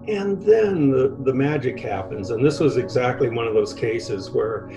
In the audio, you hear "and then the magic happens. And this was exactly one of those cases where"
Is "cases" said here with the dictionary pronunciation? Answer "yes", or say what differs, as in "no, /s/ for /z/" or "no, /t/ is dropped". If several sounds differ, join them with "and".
yes